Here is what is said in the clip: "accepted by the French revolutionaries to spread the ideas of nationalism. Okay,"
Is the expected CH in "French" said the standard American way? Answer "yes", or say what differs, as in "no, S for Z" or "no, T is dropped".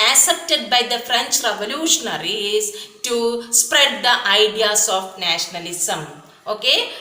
yes